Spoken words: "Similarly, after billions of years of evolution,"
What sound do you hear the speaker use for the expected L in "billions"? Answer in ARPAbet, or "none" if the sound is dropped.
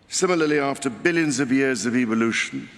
L